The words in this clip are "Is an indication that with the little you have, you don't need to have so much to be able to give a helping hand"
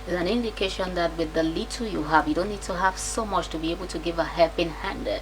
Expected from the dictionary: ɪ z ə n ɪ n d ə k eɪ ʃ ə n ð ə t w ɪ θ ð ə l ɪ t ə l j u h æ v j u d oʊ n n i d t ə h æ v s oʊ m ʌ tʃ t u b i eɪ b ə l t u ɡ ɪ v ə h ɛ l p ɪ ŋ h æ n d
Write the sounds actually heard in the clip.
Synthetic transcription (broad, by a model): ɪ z ə n ɪ n d ə k eɪ ʃ ə n ð ə t w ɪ ð ə l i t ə j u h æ v j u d oʊ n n i d t ə h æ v s oʊ m ʌ tʃ t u b i eɪ b ə l t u ɡ ɪ v ə h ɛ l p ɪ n h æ n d